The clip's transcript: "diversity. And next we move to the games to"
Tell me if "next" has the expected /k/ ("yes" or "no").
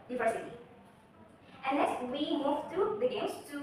no